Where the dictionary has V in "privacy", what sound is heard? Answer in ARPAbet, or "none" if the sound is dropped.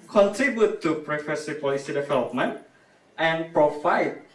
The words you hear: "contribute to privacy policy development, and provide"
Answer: F